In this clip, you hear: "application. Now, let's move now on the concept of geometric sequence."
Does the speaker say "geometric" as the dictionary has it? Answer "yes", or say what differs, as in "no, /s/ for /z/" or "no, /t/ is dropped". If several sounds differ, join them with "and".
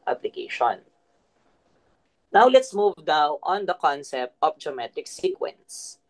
no, /ɹ/ is dropped